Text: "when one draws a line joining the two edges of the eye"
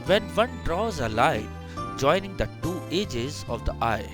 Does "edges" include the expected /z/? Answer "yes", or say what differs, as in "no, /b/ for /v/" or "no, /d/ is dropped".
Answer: yes